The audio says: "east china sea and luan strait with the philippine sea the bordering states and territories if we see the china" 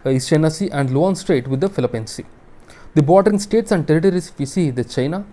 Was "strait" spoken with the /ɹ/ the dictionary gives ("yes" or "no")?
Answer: yes